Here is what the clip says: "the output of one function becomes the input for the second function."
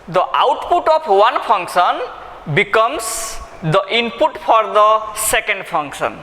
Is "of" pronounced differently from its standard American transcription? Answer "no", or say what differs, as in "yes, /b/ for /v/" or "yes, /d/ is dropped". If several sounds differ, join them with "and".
yes, /p/ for /v/